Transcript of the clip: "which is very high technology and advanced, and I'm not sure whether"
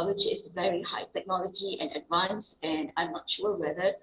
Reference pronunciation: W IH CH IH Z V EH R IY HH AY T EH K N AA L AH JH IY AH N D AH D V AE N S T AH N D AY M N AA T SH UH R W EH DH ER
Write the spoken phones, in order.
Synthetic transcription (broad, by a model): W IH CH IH S V EH R IY HH AY T EH K N AA L AH JH IY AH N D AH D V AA N S AH N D AY M N AA T SH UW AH W EH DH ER